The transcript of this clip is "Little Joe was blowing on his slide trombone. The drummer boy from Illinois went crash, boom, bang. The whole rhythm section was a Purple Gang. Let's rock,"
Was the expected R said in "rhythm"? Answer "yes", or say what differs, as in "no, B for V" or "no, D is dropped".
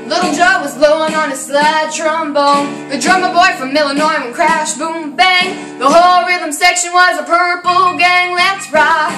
yes